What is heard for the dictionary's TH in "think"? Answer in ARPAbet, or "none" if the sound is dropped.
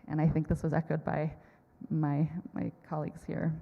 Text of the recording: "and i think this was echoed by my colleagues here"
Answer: TH